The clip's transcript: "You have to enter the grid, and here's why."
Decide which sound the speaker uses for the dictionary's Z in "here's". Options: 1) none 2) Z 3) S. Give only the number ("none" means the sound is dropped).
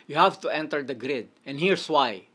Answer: 3